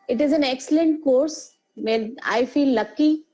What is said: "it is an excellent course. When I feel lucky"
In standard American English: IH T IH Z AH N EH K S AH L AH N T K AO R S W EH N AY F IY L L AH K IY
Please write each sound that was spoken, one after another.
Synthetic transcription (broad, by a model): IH T IH Z AH N EH K S AH L AH N T K AO R S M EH AY F IY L L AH K IY